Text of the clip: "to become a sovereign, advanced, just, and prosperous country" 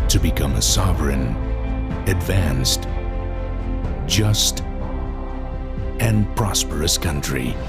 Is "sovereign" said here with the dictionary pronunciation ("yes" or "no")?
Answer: yes